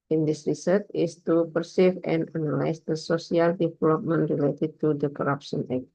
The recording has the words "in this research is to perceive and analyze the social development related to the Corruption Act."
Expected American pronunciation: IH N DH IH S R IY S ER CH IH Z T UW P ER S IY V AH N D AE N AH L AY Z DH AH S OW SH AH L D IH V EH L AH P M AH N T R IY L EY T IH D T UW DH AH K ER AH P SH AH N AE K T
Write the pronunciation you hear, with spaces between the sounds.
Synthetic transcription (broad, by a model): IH N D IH S R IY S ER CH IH S T UW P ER S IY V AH N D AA N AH L AY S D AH S OW S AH L D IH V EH L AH P M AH N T R IY L EY T IH D T UW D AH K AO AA P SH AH N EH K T